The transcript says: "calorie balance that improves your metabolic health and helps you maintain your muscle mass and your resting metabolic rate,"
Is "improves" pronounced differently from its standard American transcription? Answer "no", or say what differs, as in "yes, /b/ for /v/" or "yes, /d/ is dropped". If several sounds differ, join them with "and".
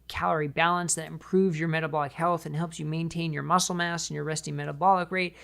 no